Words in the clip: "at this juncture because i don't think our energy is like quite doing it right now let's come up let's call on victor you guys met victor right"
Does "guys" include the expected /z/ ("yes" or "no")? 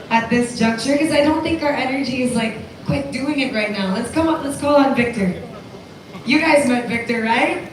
yes